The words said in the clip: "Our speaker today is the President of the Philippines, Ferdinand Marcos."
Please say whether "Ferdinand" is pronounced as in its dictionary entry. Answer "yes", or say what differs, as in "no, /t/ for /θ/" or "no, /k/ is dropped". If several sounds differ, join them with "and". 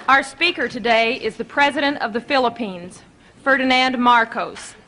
yes